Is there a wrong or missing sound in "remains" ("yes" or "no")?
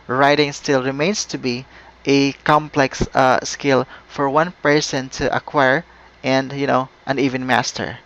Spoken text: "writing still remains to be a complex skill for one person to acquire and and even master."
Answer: yes